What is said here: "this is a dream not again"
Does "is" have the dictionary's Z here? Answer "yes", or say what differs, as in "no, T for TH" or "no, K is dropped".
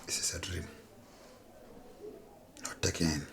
no, S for Z